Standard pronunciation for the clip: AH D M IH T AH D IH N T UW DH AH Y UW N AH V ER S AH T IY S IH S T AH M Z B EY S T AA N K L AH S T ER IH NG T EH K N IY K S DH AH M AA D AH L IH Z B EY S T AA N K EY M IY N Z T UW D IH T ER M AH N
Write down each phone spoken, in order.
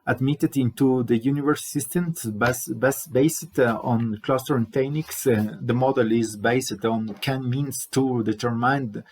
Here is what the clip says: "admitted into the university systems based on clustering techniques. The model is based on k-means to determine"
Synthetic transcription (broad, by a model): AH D M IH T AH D IH N T UW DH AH Y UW N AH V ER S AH T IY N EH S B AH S B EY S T AA N K L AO S T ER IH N T EH K N IY K S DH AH M AA D AH L IH Z B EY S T AA N K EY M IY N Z T UW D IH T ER M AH N